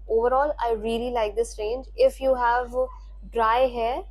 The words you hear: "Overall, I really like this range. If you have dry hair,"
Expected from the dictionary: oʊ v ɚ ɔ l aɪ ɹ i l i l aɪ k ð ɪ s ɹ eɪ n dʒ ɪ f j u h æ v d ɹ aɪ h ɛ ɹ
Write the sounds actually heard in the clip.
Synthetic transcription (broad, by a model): oʊ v ɚ ɔ l aɪ ɹ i l i l aɪ k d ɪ s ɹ eɪ n dʒ ɪ f j u h æ v d ɹ aɪ h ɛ